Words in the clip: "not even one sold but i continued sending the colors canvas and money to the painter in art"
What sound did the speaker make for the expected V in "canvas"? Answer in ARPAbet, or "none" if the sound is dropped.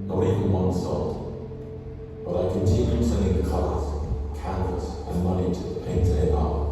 none